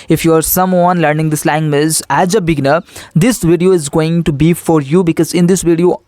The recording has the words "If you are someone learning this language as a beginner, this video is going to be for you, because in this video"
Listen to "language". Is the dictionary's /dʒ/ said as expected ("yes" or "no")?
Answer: no